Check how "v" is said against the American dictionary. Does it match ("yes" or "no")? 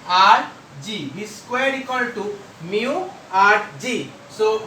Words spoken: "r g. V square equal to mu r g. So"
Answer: no